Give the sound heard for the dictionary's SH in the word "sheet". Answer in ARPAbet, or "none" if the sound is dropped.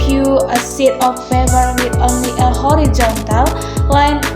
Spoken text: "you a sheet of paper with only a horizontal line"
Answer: S